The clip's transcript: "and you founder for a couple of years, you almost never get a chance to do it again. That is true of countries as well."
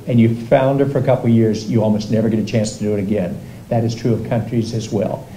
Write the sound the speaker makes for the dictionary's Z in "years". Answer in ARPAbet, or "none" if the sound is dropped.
Z